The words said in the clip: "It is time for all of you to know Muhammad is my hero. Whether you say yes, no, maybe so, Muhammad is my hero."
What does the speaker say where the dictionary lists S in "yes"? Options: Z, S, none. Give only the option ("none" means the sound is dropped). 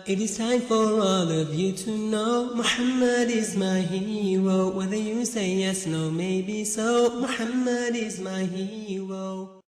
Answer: S